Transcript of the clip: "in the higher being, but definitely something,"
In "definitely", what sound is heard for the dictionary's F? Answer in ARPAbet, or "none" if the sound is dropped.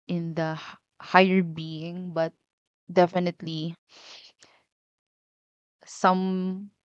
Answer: F